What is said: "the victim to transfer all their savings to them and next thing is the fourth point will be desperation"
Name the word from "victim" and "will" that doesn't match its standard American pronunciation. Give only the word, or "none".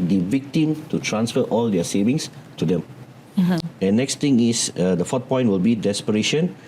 none